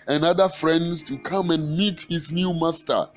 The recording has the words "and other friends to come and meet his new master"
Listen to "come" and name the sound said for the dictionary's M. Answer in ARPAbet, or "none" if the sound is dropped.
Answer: M